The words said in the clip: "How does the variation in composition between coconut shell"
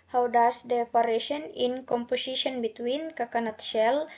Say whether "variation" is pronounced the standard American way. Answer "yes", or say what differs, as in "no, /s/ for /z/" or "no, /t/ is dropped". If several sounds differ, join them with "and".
no, /p/ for /v/